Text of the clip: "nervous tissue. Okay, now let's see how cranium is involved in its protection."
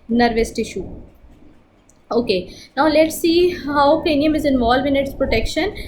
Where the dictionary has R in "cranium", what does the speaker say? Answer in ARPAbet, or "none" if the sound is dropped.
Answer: none